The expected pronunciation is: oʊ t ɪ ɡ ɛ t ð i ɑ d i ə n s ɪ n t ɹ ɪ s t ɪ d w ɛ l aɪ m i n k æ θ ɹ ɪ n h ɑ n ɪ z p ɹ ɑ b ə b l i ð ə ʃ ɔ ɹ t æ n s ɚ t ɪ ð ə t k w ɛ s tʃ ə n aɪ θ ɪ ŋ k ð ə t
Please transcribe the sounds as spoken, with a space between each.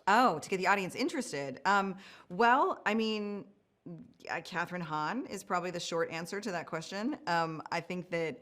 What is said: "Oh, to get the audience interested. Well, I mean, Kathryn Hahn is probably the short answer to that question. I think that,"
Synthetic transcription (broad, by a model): oʊ t ɪ ɡ ɛ t ð i ɑ d i ə n s ɪ n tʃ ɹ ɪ s t ɪ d w ɛ l aɪ m i n k æ θ ɹ ɪ n h ɑ n ɪ z p ɹ ɑ b ə b l i ð ə ʃ ɔ ɹ t æ n s ɚ t ɪ ð ə t k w ɛ s tʃ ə n aɪ θ ɪ ŋ k ð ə t